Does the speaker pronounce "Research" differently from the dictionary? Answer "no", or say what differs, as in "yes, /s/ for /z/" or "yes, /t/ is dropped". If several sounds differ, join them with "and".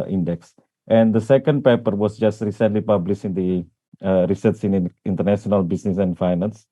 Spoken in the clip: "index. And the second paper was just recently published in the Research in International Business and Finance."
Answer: yes, /s/ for /tʃ/